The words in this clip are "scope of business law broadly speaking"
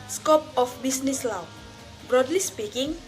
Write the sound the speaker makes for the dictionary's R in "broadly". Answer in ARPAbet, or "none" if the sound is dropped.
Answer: R